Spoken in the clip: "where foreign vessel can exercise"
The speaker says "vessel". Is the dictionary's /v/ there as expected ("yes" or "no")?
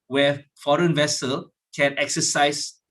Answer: yes